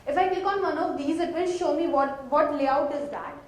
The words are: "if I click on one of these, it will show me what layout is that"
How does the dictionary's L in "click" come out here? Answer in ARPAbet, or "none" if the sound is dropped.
none